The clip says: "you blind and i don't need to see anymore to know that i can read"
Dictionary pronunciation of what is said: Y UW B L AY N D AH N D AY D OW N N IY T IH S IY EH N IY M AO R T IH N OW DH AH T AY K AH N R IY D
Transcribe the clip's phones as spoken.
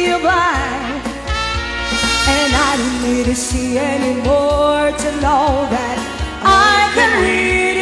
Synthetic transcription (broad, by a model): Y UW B AY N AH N AY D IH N N IY T IH S IY EH N IY M AO R T IH N OW DH AH T AY K AH N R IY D